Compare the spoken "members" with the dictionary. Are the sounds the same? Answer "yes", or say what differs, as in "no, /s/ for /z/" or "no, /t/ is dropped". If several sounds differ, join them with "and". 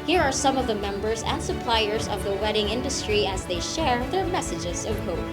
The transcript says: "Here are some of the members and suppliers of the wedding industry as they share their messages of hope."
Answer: yes